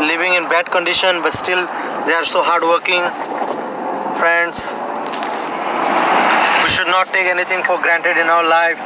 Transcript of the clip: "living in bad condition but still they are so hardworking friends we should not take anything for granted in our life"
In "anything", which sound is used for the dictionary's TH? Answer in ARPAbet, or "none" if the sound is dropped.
T